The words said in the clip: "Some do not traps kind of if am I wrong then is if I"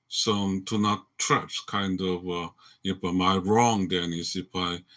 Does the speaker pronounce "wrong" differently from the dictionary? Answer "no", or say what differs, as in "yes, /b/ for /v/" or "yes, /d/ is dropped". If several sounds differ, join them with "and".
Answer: no